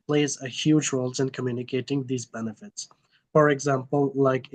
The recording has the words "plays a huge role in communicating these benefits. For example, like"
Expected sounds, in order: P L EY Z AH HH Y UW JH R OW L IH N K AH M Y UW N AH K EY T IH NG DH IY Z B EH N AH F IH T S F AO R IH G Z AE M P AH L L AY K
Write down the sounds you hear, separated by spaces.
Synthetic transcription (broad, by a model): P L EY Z AH HH Y UW JH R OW L IH N K AH M Y UW N AH K EY T IH NG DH IY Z B EH N AH F IH T S F AO R IH G Z AE M P AH L L AY K